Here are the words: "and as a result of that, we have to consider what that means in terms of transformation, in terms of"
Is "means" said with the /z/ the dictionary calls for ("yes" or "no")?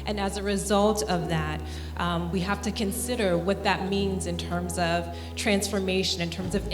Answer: yes